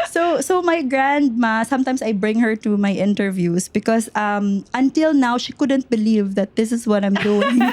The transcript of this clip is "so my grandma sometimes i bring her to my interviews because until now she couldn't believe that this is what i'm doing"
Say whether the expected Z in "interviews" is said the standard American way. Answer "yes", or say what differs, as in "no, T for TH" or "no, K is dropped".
no, S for Z